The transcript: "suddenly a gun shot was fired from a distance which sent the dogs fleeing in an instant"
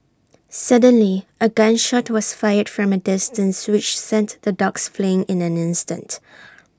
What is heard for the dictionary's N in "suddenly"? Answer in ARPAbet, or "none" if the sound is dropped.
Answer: N